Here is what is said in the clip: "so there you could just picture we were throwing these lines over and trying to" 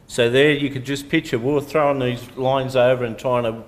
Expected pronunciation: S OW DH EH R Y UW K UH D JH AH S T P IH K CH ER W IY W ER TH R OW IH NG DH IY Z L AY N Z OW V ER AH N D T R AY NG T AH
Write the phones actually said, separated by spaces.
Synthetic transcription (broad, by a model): S OW DH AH R Y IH K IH D JH AH S P IH CH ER W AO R TH R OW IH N DH IY Z L AY N Z OW V ER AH N T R AY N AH